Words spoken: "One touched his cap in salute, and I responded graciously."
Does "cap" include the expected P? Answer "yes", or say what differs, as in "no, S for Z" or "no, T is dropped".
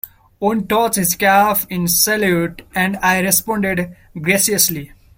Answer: no, F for P